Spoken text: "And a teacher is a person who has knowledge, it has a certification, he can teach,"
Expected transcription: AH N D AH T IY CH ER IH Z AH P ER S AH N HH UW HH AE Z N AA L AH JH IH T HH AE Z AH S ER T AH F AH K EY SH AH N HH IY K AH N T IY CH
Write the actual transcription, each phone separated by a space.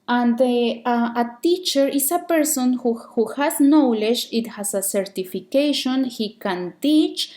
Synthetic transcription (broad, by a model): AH N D AH T IY CH ER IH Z AH P ER S AH N HH UW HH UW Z N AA L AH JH IH T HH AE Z AH S ER T AH F AH K EY SH AH N HH IY K AH N T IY CH